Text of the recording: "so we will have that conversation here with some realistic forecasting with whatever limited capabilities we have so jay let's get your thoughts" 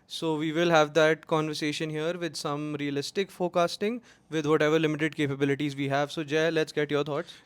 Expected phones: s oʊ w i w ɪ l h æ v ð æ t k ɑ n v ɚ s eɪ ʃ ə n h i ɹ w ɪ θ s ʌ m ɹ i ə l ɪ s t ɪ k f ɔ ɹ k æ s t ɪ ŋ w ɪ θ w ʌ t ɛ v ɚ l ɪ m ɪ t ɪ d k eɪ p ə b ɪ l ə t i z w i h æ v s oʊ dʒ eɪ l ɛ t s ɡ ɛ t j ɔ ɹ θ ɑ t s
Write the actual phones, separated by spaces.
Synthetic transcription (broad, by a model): s oʊ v i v ɪ l h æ v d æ t k ɑ n v ɚ s eɪ ʃ ə n h i ɹ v ɪ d s ʌ m ɹ i ə l ɪ s t ɪ k f ɔ k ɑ s t ɪ ŋ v ɪ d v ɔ t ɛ v ɚ l ɪ m ɪ t ɪ d k eɪ p ə b ɪ l ə t i z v i h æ v s oʊ dʒ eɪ l ɛ t s ɡ ɛ t j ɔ ɹ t ɑ t s